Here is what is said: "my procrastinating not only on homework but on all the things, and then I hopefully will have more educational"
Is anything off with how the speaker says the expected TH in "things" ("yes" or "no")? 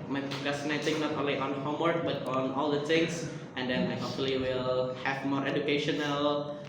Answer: yes